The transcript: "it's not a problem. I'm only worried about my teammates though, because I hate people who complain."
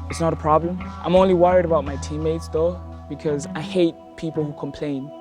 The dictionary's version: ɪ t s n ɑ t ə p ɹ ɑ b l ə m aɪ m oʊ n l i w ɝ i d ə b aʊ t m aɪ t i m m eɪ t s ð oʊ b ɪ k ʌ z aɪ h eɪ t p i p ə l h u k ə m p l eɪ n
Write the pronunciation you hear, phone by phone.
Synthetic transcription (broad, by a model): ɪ t s n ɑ t ə p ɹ ɑ b l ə m aɪ m oʊ n l i w ɝ i d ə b aʊ t m aɪ t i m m eɪ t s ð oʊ b ɪ k ʌ z aɪ h eɪ t p i p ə l h u k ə m p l eɪ n